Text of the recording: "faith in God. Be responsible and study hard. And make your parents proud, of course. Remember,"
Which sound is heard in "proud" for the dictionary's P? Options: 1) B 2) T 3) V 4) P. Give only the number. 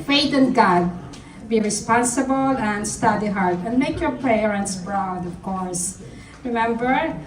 1